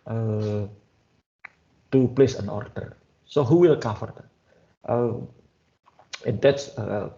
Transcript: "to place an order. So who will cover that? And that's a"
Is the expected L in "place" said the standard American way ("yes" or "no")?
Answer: yes